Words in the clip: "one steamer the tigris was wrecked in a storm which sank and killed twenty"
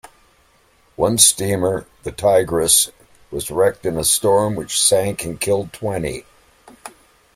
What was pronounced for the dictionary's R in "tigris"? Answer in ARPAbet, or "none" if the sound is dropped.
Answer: R